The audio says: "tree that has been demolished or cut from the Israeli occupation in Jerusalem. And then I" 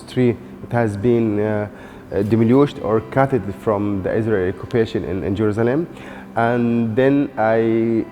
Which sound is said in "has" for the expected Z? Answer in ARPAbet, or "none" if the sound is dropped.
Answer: Z